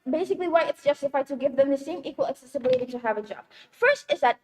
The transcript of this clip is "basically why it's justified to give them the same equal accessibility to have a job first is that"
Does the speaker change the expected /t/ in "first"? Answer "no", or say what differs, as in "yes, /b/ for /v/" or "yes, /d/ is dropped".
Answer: no